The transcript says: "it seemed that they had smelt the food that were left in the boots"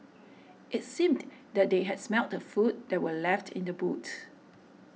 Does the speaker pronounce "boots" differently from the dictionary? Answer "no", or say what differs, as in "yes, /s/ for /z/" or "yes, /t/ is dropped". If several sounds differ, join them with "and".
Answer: yes, /s/ is dropped